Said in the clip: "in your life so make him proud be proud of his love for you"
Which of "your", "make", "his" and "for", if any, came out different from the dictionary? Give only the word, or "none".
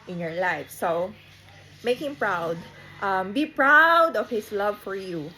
his